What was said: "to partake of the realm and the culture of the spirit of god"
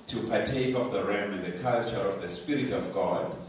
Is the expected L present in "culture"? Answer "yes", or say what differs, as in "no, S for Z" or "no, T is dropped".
yes